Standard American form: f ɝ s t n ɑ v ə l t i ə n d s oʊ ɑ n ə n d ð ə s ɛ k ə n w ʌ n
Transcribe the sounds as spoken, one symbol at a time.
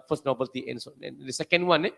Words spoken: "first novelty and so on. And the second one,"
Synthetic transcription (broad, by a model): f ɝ s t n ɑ b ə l t i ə n s oʊ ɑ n ə n d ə s ɛ k ə n w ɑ n